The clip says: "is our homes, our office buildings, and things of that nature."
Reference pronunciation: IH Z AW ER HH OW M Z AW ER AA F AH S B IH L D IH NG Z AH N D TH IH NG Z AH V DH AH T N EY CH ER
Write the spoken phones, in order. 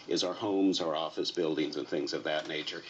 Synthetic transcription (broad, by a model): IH Z AW ER HH OW M Z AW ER AA F AH S B IH L D IH NG Z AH N TH IH NG Z AH V DH AH T N EY CH ER